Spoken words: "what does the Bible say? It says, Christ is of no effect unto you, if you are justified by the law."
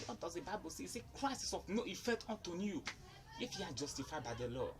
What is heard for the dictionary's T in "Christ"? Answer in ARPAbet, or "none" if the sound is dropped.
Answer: none